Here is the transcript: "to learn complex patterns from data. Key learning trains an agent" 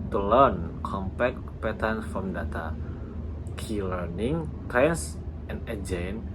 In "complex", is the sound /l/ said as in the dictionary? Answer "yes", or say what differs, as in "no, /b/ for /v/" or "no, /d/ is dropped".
no, /l/ is dropped